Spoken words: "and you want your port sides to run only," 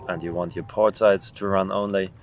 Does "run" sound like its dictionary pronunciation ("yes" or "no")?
yes